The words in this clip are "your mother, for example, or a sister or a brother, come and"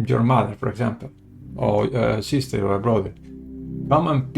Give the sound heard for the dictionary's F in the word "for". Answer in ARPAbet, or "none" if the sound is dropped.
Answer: P